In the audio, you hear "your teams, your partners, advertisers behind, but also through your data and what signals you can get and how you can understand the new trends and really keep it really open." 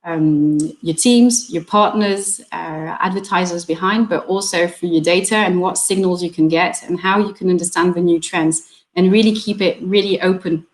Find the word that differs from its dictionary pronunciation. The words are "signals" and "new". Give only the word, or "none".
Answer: none